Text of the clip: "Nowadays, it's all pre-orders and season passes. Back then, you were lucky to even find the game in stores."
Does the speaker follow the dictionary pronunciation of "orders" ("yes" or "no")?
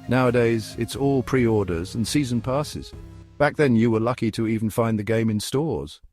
yes